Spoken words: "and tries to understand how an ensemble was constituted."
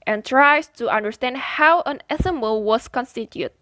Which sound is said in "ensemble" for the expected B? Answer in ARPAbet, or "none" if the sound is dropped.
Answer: none